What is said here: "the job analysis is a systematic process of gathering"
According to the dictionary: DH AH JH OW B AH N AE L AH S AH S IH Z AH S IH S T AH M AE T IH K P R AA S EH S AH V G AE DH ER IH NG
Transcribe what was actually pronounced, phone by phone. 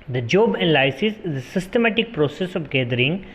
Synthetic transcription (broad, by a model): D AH JH OW B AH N L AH S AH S IH Z AH S IH S T AH M AE T IH K P R AA S EH S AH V G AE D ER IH NG